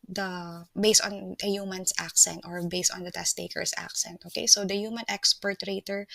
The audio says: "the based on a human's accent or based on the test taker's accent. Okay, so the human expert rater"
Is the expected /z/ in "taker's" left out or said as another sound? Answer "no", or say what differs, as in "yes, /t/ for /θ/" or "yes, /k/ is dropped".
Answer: yes, /s/ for /z/